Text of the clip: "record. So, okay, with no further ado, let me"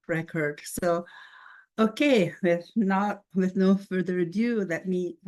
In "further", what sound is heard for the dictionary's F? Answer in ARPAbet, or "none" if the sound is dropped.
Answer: F